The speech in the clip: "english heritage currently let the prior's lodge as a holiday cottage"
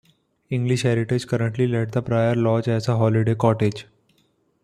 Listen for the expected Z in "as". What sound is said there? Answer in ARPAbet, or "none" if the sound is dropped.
S